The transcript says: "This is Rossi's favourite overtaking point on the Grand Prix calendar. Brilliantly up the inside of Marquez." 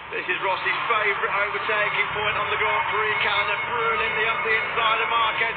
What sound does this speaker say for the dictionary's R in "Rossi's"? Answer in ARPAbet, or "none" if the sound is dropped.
R